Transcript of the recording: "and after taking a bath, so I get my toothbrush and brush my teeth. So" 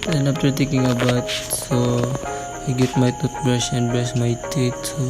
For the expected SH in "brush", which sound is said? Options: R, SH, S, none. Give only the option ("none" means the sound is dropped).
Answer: S